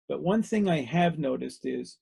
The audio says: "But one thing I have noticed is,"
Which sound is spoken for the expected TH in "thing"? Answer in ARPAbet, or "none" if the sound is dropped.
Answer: TH